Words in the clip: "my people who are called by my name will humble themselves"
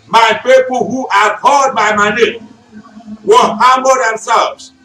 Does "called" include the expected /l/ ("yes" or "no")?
no